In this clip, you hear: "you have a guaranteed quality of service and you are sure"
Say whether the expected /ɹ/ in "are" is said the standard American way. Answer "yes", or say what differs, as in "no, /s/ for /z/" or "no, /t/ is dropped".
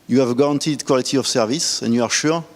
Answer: yes